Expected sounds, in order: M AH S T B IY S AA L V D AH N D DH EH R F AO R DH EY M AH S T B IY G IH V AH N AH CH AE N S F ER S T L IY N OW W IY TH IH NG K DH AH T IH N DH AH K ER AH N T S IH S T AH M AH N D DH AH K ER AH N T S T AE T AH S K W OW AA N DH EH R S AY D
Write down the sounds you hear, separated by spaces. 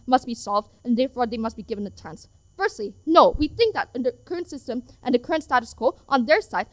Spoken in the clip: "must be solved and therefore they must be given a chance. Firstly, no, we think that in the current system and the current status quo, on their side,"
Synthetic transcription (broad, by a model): M AH S T B IY S AA L V D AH N DH EH R F AO R DH EY M AH S T B IY G IH V AH N AH CH AE N S F ER S T L IY N OW W IY TH IH NG K DH AH T IH N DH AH K ER AH N T S IH S T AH M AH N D DH AH K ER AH N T S T AE T AH S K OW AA N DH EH R S AY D